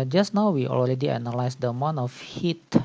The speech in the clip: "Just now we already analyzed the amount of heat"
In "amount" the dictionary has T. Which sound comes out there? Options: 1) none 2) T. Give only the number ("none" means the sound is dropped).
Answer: 1